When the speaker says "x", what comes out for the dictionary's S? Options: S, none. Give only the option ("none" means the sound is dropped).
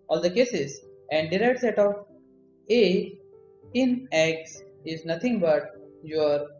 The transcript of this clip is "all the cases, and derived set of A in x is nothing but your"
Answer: S